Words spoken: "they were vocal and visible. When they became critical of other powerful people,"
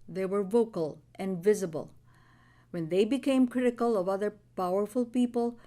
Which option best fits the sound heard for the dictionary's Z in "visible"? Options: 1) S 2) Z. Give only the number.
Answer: 2